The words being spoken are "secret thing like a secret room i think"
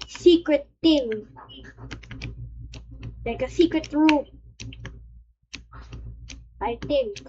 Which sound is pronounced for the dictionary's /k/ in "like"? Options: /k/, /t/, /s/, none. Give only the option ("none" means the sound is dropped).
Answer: /k/